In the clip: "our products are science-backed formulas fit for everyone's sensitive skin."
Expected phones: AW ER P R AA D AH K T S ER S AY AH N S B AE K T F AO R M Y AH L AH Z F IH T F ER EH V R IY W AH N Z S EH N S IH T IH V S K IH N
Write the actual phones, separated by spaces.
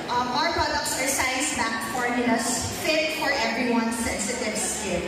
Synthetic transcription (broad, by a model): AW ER P R AA D AH K T S ER S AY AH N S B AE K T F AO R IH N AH N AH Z F IH T F ER EH V R IY W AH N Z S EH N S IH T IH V S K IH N